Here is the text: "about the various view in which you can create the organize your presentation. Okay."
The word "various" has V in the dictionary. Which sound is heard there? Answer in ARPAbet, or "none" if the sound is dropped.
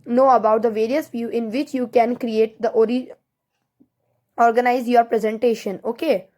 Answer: V